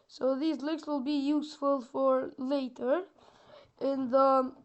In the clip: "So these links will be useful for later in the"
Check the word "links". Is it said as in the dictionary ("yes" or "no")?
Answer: no